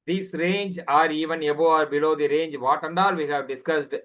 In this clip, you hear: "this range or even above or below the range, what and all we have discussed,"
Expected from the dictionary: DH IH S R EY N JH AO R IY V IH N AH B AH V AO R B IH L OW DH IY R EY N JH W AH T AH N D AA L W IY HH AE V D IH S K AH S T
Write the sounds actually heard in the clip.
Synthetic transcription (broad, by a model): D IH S R EY N JH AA R IY V IH N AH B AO AA R B IH L OW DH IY R EY N JH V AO T AH N D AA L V IY HH AE V D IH S K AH S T